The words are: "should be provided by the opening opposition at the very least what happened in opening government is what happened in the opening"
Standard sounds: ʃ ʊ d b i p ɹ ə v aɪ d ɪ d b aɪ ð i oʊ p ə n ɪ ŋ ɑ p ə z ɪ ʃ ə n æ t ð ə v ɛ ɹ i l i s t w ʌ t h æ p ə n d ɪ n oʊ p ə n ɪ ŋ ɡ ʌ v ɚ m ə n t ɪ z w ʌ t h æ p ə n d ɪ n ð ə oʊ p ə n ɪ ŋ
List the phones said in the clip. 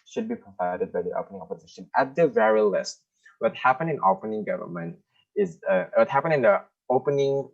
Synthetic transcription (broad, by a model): ʃ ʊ d b i p ɹ ə v aɪ d ɪ d b aɪ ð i oʊ p ə n ɪ ŋ ɑ p ə z ɪ ʃ ə n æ t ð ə v ɛ ɹ i l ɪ s t w ʌ t h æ p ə n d ɪ n oʊ p ə n ɪ ŋ ɡ ʌ v ɚ m ə n t ɪ z w ʌ t h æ p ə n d ɪ n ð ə oʊ p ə n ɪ ŋ